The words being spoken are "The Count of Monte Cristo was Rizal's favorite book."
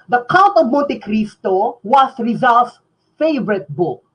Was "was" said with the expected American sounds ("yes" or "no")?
no